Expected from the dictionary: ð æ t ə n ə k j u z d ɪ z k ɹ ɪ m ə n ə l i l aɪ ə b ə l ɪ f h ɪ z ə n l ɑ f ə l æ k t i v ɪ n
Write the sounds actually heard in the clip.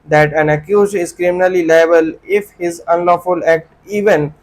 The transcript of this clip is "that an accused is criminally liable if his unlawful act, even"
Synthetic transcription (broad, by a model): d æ t ə n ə k j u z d ɪ z k ɹ ɪ m ə n ə l i l aɪ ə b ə l ɪ f h ɪ z ə n l ɑ f ə l æ k t i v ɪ n